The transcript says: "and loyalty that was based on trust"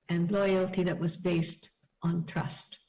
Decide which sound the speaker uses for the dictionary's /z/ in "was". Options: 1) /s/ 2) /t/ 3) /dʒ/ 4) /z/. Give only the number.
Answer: 4